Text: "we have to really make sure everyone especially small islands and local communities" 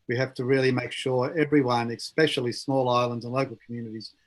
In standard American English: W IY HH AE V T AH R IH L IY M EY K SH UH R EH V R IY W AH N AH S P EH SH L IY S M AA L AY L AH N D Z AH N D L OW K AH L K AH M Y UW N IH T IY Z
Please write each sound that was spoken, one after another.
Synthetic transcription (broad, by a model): W IY HH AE F T AH R IH L IY M EY K SH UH R EH V R IY W AH N AH S P EH SH L IY S M AA L AY L AH N D Z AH N L OW K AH L K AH M Y UW N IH T IY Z